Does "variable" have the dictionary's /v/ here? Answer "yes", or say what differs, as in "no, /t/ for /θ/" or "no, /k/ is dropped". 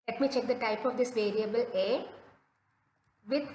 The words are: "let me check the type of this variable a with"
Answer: yes